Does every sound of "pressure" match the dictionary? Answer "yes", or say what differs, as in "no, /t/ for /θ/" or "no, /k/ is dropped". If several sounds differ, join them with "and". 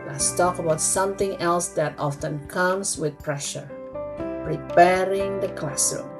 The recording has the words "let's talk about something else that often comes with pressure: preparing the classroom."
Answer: yes